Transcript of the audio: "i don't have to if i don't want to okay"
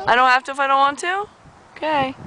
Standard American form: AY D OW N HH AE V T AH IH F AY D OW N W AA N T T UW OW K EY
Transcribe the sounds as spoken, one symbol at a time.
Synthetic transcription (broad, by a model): AY D OW N HH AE F T AH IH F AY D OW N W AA N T T UW OW K EY